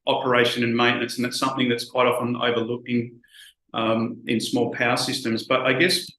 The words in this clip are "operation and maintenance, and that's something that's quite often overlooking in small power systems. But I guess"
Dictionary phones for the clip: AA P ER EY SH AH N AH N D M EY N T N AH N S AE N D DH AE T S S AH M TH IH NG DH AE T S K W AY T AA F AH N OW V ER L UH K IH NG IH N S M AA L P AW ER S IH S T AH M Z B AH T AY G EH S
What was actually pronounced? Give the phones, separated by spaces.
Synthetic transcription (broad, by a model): AA P ER EY SH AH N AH N M EY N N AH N S N DH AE T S S AH M TH IH NG DH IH T S K W AY T AA F AH N OW V ER L UH K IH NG IH N S M AA L P AW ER S IH S T AH M Z B AH T AY G EH S